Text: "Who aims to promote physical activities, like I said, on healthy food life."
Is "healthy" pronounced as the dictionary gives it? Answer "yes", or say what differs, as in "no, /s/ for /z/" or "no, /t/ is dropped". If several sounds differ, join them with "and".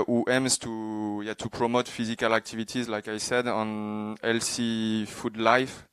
no, /s/ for /θ/